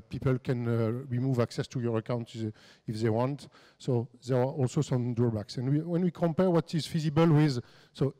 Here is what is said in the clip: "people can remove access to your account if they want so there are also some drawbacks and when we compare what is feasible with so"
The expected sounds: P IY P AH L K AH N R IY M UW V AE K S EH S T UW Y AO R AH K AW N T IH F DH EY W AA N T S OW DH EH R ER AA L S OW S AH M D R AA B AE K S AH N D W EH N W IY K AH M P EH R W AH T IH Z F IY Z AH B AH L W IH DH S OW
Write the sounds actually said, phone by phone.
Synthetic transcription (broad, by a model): P IY P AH L K AH N R IY M UW V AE K S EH S T UW Y AO R AH K AW N T IH F DH EY W AA N T S OW DH EH R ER AA L S OW S AH M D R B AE K S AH N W W EH N W IY K AH M P EH R W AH T IH Z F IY Z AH B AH L W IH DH S OW